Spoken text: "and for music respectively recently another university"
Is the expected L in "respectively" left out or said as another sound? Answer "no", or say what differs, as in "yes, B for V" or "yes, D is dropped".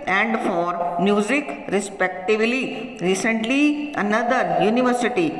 no